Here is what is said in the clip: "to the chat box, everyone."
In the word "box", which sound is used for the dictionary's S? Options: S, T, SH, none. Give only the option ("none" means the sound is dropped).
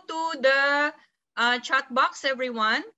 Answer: S